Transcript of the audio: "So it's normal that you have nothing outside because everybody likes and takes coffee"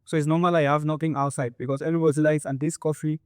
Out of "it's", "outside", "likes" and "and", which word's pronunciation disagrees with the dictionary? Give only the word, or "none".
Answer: likes